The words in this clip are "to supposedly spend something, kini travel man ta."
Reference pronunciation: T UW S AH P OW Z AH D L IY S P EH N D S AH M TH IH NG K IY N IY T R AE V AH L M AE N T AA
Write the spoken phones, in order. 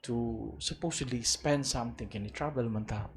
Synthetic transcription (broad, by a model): T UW S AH P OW S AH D L IY S P EH N D S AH M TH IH NG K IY N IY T R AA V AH L M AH N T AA